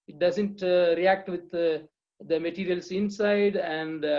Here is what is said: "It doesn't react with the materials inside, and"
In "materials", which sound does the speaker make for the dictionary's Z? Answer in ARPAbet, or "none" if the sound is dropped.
S